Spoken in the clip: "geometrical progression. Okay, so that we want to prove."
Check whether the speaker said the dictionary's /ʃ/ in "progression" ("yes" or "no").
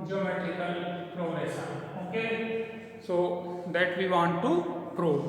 no